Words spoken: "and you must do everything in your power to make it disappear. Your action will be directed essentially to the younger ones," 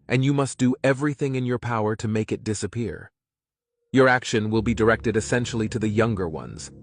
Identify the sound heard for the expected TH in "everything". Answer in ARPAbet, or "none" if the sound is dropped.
TH